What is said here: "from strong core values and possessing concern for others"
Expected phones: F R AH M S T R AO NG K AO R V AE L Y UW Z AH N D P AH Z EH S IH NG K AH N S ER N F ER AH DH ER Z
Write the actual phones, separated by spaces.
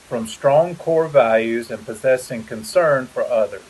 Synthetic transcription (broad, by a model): F R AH M S T R AO NG K AO R V AE L Y UW Z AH N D P AH Z EH S IH NG K AH N S ER N F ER AH DH ER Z